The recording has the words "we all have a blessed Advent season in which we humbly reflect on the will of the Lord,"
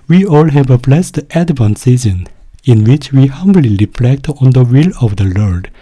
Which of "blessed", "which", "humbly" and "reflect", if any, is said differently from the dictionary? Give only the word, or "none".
none